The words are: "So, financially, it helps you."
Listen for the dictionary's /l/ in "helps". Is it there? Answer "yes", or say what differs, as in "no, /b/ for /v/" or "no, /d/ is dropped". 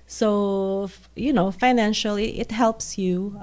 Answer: yes